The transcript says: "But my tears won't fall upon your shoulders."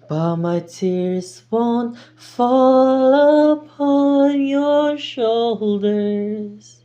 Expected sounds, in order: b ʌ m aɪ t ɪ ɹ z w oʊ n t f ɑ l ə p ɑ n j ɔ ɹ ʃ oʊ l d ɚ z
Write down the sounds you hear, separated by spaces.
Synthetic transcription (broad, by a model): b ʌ m aɪ t ɪ ɹ z w oʊ n t f ɑ l ə p ɑ n j ɔ ɹ ʃ oʊ l d ɚ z